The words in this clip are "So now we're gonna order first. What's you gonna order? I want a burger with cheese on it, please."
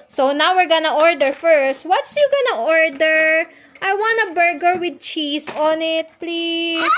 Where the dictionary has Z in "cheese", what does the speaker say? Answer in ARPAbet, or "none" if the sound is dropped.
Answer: S